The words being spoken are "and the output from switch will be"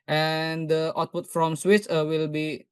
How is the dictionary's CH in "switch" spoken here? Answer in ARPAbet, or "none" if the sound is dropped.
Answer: S